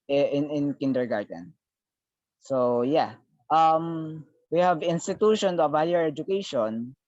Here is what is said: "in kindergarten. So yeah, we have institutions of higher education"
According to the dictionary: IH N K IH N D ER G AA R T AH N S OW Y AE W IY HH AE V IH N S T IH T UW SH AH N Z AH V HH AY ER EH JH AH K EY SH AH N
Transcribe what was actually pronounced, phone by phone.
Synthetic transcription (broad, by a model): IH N K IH N D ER G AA R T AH N S OW Y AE W IY HH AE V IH N S T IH T UW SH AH N AH V HH AY ER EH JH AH K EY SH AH N